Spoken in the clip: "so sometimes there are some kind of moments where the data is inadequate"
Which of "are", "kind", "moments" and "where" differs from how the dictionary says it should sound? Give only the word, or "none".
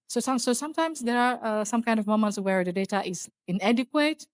none